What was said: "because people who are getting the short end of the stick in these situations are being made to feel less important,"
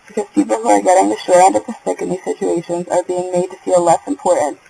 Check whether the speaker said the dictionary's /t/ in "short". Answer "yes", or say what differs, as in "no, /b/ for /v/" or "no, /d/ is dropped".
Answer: no, /t/ is dropped